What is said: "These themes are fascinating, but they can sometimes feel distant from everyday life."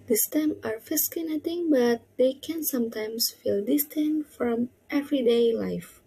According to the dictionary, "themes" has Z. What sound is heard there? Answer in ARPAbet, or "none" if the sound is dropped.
none